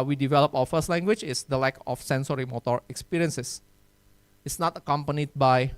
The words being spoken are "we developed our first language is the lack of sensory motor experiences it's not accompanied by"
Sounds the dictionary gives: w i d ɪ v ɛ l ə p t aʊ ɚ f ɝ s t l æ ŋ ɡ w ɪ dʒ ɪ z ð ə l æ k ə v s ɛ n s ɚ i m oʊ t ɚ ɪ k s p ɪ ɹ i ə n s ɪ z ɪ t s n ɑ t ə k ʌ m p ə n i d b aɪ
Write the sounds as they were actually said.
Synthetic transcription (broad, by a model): w i d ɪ v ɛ l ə p aʊ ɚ f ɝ s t l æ ŋ ɡ w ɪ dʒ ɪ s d ə l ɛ k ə f s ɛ n s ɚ i m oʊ t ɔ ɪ k s p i ɹ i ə n s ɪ s ɪ t s n ɑ t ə k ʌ m p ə n i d b aɪ